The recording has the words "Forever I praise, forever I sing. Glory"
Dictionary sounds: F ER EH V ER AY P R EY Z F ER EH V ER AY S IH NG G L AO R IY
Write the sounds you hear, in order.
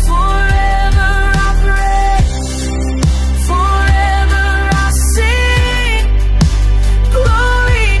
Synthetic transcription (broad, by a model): F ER EH V ER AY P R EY S F ER EH V ER AY S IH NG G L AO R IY